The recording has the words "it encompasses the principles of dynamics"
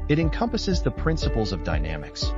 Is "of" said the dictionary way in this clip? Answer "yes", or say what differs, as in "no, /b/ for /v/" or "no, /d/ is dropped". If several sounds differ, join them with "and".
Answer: yes